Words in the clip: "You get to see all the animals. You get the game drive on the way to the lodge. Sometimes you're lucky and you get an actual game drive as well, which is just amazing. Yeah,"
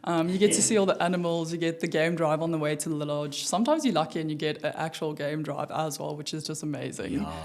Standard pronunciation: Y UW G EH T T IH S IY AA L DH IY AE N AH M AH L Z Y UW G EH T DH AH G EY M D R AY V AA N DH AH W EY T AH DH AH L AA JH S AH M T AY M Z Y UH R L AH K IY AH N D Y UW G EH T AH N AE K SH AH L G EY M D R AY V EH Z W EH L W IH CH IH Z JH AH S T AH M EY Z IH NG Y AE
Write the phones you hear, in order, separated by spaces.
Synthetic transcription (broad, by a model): Y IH G EH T T IH S IY AA L DH IY AE N AH M AH L Z Y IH G EH T DH AH G EY M D R AY V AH N DH AH W EY T AH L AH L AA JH S AH M T AY M Z Y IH L AH K IY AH N Y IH G EH T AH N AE K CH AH L G EY M D R AY V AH Z W EH L W IH CH IH Z JH AH S T AH M EY Z IH NG